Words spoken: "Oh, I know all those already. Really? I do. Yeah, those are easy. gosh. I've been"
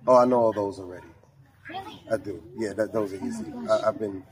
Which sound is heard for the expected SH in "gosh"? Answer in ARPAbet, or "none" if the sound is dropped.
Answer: none